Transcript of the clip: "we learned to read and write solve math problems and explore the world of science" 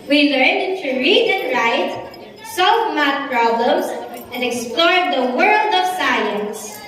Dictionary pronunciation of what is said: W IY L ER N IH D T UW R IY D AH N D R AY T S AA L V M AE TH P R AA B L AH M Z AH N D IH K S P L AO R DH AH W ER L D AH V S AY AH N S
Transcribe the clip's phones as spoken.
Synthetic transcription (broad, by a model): W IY L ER N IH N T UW R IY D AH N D R AY T S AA L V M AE T P R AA B L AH M S AH N D IH K S P L AO R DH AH W ER L D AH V S AY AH N S